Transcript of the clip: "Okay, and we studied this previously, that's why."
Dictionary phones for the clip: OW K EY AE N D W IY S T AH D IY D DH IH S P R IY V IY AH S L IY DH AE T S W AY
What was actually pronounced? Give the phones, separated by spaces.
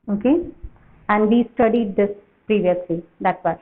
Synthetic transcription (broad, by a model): OW K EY AE N D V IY S T AH D IY D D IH S P R IY V IY AH S L IY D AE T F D